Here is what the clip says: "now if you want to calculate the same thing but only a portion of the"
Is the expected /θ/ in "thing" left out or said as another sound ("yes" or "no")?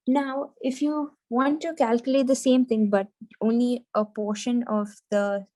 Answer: yes